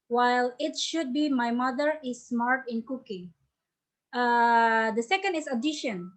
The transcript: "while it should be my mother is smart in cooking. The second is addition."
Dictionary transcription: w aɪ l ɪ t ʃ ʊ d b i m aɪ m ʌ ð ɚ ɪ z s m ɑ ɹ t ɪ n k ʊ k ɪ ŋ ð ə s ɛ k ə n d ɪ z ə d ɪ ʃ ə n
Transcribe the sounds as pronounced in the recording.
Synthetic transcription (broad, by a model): w aɪ l ɪ t ʃ ʊ d b i m aɪ m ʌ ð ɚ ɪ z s m ɑ ɹ t ɪ n k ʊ k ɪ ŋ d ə s ɛ k ə n d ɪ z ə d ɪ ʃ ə n